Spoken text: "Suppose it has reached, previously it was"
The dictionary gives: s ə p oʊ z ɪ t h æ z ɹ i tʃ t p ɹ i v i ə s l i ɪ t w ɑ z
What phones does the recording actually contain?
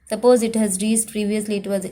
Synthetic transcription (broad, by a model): s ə p oʊ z ɪ t h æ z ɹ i s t p ɹ i v i ə s l i ɪ t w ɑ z